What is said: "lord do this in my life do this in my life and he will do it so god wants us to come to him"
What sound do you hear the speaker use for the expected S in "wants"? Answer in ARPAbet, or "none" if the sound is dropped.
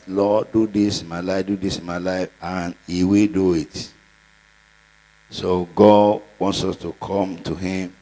S